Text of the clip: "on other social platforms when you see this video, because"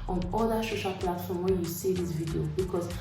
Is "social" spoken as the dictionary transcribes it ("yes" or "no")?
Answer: no